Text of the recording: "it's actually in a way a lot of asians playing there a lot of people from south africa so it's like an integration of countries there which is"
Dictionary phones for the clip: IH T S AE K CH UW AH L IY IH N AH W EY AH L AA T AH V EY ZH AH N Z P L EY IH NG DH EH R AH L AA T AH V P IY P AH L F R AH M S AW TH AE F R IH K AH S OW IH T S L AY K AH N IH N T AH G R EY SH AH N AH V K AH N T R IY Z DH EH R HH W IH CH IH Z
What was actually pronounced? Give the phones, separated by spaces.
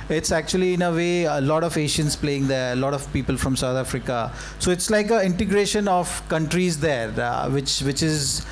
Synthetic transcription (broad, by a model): IH T S AE K CH UW AH L IY IH N AH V EY AH L AA T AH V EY SH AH N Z P L EY IH NG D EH R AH L AA T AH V P IY P AH L F R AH M S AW T AE F R IH K AH S OW IH T S L AY K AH IH N T AH G R EY SH AH N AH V K AH N T R IY Z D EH R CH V IH CH IH Z